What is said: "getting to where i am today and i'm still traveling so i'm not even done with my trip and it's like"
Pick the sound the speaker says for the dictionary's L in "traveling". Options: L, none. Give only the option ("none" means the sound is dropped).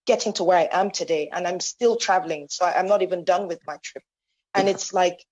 L